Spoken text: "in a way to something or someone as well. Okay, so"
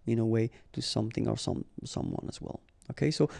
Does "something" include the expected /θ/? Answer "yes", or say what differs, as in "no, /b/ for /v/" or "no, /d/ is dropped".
yes